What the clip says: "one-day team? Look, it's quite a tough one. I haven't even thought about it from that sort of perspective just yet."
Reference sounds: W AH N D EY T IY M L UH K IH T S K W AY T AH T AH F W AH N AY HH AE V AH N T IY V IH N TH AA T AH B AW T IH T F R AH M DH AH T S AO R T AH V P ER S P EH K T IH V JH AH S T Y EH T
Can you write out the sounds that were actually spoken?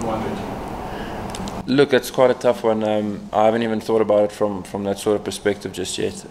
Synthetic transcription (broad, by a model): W L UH K IH T S K W AY T AH T AH F W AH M AY HH AE V AH N T IY V IH N TH AA T AH B AW T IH T F R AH M DH AH T S AO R T AH V P ER S P EH K T IH V JH AH S T Y EH T